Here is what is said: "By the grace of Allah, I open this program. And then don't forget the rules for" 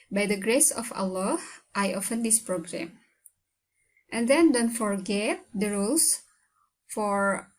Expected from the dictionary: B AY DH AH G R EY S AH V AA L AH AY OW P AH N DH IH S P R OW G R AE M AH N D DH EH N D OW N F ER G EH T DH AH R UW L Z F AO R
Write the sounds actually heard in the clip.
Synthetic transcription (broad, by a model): B AY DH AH G R EY S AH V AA L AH AY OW F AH N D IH S P R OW G R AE M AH N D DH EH N D OW N F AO G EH T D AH R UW L S F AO R